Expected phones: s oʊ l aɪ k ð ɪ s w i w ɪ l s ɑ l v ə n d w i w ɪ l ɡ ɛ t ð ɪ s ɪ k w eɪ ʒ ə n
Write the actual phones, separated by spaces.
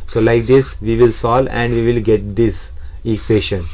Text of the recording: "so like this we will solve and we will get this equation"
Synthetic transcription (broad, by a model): s oʊ l aɪ k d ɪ s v i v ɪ l s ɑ l ə n d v i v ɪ l ɡ ɛ t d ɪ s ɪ k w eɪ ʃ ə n